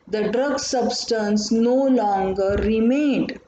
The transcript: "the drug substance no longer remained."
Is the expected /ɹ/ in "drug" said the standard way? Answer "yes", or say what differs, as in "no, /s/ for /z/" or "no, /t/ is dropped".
yes